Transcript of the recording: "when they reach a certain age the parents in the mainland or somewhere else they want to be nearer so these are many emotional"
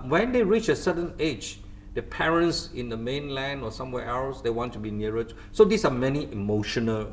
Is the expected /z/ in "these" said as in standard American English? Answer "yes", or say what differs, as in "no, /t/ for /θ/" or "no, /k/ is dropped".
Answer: no, /s/ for /z/